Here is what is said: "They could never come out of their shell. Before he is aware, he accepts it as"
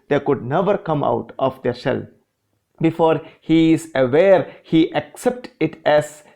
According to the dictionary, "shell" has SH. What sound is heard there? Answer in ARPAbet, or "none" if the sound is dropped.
S